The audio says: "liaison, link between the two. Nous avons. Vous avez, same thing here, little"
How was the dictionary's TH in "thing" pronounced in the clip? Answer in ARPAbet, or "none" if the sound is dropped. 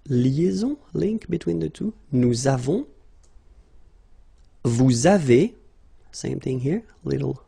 TH